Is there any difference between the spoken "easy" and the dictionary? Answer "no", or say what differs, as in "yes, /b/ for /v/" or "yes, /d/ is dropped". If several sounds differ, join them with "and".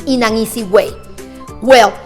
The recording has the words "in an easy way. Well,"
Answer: yes, /s/ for /z/